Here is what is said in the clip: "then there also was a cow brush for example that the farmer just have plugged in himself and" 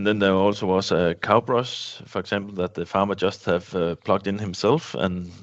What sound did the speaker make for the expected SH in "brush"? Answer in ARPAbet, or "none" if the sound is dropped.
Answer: S